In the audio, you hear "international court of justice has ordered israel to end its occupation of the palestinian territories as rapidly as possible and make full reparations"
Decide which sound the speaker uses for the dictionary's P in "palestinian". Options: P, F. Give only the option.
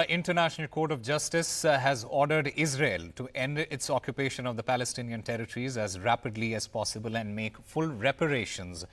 P